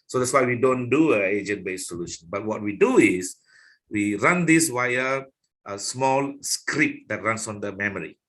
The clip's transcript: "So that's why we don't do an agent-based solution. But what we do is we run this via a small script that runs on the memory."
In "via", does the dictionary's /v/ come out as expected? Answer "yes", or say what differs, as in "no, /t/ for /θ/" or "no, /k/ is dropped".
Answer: no, /w/ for /v/